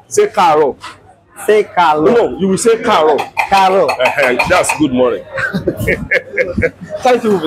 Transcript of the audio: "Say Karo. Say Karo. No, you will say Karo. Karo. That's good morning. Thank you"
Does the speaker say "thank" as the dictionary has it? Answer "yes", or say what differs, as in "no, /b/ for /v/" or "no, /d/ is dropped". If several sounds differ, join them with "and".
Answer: no, /t/ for /θ/